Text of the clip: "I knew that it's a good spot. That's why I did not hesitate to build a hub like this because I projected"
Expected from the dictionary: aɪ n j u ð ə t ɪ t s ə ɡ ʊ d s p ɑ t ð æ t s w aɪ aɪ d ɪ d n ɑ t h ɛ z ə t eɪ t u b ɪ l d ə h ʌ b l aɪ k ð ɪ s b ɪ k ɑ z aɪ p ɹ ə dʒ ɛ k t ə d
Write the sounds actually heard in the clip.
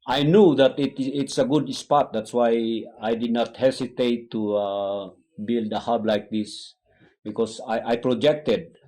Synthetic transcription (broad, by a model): aɪ n j u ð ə t ɪ t s ə ɡ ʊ d s p ɑ t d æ t s w aɪ aɪ d ɪ d n ɑ t h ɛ s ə t eɪ t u b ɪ l d ə h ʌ b l aɪ k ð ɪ s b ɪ k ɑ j aɪ p ɹ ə dʒ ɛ k t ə d